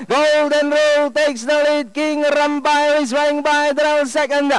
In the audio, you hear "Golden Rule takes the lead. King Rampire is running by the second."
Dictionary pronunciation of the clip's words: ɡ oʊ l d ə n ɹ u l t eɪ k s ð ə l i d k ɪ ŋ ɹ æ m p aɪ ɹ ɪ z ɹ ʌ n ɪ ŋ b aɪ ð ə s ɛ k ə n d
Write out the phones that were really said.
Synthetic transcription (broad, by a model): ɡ oʊ l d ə n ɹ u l t eɪ k s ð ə l i d k ɪ ŋ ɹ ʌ m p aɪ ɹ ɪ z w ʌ ɪ ŋ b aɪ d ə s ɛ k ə n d